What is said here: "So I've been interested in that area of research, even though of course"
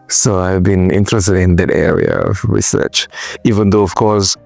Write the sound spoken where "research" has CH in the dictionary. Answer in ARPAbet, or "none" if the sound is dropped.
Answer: CH